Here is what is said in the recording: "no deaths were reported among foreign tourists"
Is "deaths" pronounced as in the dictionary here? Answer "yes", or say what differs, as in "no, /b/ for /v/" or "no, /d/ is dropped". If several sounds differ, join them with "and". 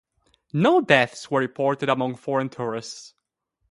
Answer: yes